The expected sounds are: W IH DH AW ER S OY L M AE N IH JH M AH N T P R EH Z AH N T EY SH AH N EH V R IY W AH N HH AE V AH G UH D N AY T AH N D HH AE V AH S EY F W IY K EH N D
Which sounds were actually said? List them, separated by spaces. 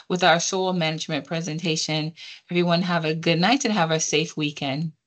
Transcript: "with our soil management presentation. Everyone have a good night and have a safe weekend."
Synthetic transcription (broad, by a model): W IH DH AW ER S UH L M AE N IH JH M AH N P R EH Z AH N T EY SH AH N EH V R IY W AH N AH V AH G UH D N AY T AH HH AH V AH S EY F W IY K EH N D